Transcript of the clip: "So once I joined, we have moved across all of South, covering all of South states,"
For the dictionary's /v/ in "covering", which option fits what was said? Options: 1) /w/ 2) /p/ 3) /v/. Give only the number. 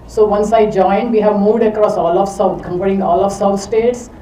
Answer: 2